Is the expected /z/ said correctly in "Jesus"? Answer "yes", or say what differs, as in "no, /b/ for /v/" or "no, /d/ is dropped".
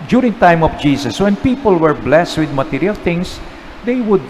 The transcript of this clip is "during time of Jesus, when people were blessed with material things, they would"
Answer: no, /s/ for /z/